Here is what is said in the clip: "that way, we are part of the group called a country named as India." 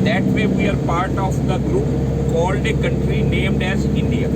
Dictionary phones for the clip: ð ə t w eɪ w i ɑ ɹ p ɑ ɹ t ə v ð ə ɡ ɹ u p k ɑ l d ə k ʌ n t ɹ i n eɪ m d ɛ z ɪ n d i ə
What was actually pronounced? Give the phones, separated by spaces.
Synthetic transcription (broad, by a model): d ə t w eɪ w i ɑ ɹ p ɑ ɹ t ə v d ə ɡ ɹ u p k ɑ l d ə k ʌ n t ɹ i n eɪ m d ɛ z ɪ n d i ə